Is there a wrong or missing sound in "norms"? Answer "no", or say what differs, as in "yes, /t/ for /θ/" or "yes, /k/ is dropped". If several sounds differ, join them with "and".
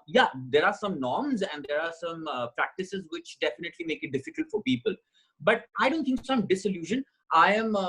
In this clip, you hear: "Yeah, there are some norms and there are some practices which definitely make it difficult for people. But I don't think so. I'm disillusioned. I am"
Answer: no